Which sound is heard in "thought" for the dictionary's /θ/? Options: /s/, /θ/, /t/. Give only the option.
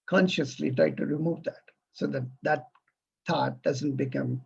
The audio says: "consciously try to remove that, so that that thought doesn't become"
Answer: /t/